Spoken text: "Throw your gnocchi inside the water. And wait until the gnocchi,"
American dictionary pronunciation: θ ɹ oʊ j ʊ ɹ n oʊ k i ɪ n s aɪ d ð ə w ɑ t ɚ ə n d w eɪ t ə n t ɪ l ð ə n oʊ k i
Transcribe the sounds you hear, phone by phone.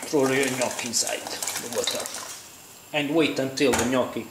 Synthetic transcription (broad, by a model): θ ɹ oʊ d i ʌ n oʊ k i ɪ n s aɪ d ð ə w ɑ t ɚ ə n d w eɪ t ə n t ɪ l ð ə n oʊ k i